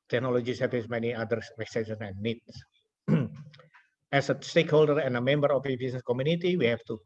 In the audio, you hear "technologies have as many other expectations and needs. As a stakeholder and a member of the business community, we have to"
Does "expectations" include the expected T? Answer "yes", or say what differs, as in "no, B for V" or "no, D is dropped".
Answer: no, S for T